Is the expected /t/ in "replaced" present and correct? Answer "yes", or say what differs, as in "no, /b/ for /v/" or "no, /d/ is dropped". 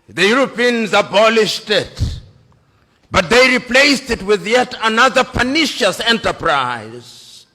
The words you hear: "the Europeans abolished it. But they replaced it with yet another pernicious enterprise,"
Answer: yes